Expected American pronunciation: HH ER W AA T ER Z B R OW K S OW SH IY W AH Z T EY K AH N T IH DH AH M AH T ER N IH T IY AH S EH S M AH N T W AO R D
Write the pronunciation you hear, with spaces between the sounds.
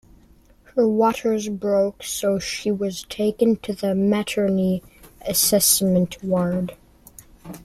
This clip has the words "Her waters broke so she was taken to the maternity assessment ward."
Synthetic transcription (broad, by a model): HH ER W AA T ER Z B R OW K S OW SH IY W AH Z T EY K AH N T IH DH AH M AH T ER N IY AH S EH S M AH N T W AO R D